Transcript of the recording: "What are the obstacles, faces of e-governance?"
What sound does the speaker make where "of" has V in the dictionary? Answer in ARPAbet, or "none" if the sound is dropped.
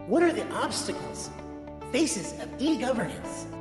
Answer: V